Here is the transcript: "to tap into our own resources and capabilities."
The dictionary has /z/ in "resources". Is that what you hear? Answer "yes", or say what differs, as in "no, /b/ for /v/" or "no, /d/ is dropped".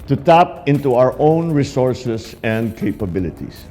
no, /s/ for /z/